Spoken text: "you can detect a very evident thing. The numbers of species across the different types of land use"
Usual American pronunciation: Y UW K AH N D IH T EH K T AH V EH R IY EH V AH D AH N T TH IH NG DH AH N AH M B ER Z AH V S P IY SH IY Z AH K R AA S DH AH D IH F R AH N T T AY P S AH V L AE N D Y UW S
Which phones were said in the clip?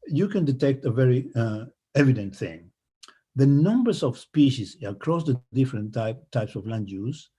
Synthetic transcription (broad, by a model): Y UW K AH N D IH T EH K T AH V EH R IY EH V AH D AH N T TH IH NG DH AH N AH M B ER S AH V S P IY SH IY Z AH K R AA S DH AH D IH F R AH N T T AY P S AH V L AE N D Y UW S